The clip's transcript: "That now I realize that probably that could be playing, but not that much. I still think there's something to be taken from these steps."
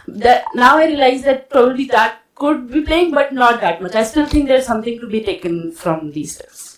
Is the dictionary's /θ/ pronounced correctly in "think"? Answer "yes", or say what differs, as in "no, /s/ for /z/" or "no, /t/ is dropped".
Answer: no, /t/ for /θ/